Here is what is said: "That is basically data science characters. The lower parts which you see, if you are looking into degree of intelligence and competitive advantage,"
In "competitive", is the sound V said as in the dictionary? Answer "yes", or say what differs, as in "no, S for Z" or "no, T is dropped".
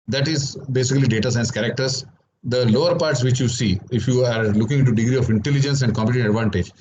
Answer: no, V is dropped